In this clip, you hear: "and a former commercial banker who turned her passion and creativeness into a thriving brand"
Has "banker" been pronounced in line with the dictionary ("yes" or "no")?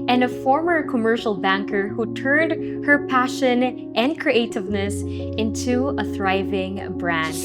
yes